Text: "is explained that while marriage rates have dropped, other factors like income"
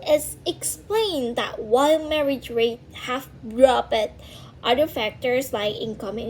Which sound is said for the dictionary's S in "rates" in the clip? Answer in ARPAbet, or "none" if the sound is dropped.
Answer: none